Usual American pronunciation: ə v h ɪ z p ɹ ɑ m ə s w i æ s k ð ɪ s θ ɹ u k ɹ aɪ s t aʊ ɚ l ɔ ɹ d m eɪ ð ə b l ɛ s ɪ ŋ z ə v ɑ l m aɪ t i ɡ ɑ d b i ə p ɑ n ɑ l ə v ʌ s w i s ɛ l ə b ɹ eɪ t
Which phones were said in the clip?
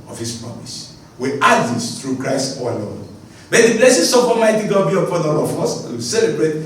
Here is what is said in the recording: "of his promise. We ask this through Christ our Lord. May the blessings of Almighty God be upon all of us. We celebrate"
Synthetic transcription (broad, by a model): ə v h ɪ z p ɹ ɑ m ə s w i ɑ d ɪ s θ ɹ u k ɹ aɪ s t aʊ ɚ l ɔ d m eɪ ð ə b l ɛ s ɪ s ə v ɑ m aɪ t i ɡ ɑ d b i ə p ɑ n ɑ l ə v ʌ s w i s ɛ l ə b ɹ eɪ t